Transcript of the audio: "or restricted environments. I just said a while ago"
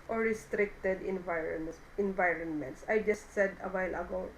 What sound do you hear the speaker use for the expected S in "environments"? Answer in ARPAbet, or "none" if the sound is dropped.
S